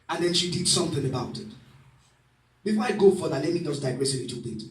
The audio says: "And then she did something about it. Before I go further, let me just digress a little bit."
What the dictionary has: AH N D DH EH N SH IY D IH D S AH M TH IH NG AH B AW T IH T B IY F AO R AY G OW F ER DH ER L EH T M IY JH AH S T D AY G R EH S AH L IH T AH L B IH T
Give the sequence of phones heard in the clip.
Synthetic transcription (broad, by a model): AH N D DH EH N SH IY D IH D S AH M TH IH NG AH B AW T IH T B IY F AO AY G OW F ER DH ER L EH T M IY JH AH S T D AY G R EH S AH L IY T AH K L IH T